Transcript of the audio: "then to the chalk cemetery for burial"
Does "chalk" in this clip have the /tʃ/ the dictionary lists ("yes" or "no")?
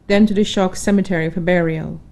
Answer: no